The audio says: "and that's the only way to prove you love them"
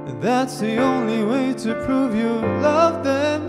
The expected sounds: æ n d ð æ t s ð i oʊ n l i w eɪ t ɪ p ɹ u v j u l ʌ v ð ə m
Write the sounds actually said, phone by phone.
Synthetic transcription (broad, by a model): ð æ t s ð i oʊ n l i w eɪ t ɪ p ɹ u v j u l ʌ v ð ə m